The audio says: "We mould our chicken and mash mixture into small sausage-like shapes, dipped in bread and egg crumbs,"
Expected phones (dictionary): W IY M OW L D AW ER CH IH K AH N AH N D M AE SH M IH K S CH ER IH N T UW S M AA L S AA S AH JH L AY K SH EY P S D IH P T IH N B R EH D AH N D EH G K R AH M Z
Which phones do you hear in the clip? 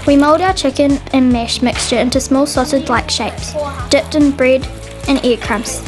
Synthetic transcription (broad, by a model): W IY M OW L D AW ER CH IH K AH N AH N M AE SH M IH K S CH ER IH N T UW S M AA L S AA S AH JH L AY K SH EY P S D IH P T IH N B R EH D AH N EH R K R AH M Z